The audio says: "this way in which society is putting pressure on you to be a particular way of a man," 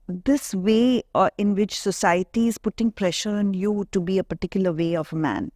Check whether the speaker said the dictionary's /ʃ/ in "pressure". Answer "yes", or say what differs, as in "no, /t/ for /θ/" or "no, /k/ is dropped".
yes